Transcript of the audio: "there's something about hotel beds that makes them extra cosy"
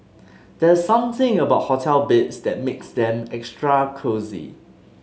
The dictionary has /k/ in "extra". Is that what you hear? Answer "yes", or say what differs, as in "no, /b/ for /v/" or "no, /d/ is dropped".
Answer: yes